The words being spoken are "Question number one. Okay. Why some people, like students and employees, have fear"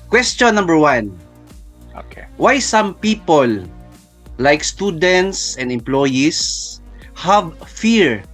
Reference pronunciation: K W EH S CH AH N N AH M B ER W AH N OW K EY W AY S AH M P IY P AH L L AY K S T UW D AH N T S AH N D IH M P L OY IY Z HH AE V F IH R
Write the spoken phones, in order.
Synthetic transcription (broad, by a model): K W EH S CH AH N N AH M B ER W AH N OW K EY W AY S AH M P IY P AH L L AY K S T UW D AH N T S AH N D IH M P L OY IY S HH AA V F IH R